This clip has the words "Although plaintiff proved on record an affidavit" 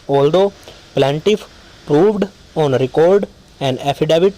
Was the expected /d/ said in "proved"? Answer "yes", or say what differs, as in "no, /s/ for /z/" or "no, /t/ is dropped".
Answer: yes